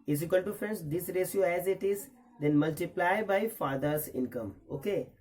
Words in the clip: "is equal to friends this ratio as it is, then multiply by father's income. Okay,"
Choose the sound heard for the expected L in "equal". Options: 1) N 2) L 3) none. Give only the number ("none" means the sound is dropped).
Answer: 1